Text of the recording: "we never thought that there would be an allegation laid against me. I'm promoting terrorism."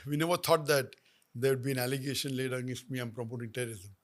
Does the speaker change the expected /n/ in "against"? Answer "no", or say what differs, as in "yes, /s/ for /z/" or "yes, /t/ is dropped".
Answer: yes, /n/ is dropped